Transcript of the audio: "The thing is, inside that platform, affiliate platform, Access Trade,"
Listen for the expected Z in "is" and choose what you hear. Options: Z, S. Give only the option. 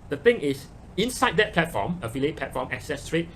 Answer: S